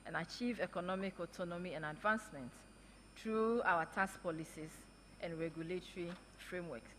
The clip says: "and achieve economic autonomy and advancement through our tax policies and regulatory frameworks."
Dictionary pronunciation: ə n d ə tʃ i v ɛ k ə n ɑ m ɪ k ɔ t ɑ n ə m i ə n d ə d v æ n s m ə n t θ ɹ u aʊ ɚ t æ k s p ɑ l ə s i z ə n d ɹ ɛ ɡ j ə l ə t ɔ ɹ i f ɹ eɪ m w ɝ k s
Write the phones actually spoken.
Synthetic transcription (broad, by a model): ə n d ə tʃ i v ɛ k ə n ɑ m ɪ k ɔ t ɑ n ə m i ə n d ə d v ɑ n s m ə n t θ ɹ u aʊ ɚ t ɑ s p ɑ l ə s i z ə n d ɹ ɛ ɡ j ə l ə t ɔ ɹ i f ɹ eɪ m w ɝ k s